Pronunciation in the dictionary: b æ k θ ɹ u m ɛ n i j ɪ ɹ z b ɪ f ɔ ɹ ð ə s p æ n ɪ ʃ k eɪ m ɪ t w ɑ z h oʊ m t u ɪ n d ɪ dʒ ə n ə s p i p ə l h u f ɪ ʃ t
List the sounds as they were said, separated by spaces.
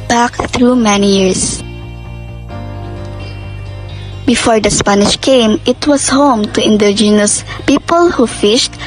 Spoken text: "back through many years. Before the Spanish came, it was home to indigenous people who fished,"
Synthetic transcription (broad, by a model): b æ k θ ɹ u m ɛ n i j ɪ ɹ s b ɪ f ɔ ɹ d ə s p æ n ɪ ʃ k eɪ m ɪ t w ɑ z h oʊ m t u ɪ n d ɪ dʒ ə n ə s p i p ə l h u f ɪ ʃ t